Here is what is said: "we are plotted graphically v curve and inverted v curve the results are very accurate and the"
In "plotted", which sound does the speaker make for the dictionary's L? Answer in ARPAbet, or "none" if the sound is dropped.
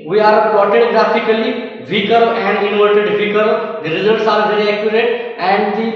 none